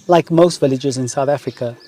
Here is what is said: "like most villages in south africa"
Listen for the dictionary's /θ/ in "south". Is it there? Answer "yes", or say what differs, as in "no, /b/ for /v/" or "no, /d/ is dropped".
yes